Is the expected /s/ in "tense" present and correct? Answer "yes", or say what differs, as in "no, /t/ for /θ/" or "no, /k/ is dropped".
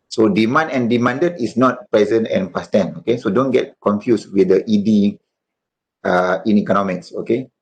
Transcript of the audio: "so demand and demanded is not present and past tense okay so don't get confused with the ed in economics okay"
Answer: no, /s/ is dropped